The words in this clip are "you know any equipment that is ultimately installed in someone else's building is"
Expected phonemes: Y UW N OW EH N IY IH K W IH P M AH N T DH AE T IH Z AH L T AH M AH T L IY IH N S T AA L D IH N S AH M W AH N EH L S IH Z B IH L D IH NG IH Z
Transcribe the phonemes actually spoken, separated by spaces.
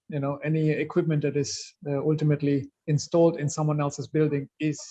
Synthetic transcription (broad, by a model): Y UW N OW EH N IY IH K W IH P M AH N T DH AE T IH Z AH L T AH M AH T L IY IH N S T AA L D IH N S AH M W AH N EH L S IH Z B IH L D IH NG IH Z